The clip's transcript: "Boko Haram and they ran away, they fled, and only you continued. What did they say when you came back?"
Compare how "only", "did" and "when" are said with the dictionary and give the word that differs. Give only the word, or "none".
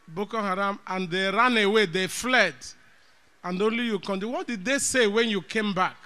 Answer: none